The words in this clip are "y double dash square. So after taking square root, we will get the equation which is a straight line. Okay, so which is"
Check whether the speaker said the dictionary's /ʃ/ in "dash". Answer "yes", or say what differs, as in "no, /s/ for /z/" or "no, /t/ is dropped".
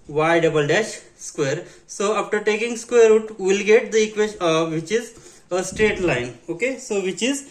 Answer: yes